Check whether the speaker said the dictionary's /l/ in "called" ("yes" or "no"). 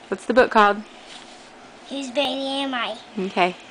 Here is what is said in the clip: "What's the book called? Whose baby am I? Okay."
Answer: no